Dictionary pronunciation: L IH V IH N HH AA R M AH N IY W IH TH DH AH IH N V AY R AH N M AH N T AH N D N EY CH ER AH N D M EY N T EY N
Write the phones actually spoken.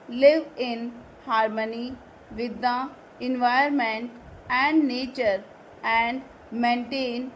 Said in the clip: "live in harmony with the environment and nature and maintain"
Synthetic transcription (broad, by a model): L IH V IH N HH AA R M AH N IY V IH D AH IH N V AY AH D M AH N T AH N D N EY CH ER AH N D M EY N T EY N